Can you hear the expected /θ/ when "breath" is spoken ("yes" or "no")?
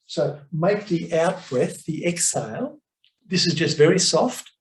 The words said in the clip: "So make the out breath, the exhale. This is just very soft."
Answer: yes